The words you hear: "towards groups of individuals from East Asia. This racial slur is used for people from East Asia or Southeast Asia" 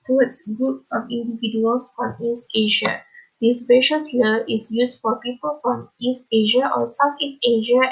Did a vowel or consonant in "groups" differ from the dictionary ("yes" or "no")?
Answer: no